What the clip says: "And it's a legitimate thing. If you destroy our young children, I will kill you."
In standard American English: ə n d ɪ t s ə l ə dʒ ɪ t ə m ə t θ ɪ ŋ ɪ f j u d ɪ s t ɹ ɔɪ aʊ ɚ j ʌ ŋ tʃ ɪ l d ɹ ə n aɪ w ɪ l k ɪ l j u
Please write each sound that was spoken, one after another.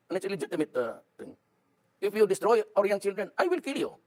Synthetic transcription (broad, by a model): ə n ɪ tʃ ə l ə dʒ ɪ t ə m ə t t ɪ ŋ ɪ f j u d ɪ s t ɹ ɔɪ aʊ ɚ j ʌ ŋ tʃ ɪ l d ɹ ə n aɪ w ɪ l k ɪ l j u